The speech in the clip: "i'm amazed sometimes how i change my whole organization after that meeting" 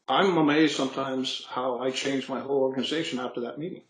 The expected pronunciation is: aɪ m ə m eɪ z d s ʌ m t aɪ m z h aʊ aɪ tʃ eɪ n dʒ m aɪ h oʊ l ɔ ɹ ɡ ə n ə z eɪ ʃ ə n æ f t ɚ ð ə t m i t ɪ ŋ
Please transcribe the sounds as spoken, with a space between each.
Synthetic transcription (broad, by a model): aɪ m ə m eɪ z s ʌ m t aɪ m z h aʊ aɪ tʃ eɪ n dʒ m aɪ h oʊ l ɔ ɹ ɡ ə n ə z eɪ ʃ ə n æ f t ɚ ð ə t m i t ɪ ŋ